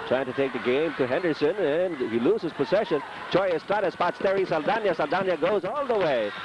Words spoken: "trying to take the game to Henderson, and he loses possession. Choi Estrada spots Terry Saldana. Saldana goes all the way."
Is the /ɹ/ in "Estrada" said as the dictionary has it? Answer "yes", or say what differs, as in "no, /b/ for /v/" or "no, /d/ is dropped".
no, /ɹ/ is dropped